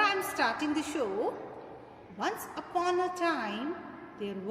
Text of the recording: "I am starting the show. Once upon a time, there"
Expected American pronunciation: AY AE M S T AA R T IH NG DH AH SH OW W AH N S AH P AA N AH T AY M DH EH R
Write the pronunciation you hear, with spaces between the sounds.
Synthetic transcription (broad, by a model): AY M S T AA R T IH NG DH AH SH OW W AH N S AH P AA N AH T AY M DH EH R